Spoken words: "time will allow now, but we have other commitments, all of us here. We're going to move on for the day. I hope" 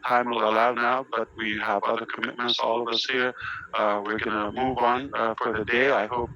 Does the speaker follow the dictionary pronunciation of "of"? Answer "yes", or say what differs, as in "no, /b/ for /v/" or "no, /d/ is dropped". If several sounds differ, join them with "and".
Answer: yes